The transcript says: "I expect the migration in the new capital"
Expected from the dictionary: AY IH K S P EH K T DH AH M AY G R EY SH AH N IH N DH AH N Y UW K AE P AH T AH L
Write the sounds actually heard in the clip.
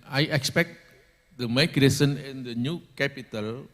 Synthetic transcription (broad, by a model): AY IH K S P EH K T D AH M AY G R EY S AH N IH N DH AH N Y UW K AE P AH T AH L